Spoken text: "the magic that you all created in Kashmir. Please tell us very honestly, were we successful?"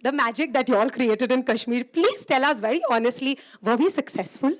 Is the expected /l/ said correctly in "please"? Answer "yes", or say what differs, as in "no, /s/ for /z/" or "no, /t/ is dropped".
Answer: yes